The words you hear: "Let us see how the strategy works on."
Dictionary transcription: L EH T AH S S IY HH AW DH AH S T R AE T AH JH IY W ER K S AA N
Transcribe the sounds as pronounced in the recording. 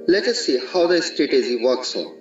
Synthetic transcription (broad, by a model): L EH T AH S S IY HH AW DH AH S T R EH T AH Z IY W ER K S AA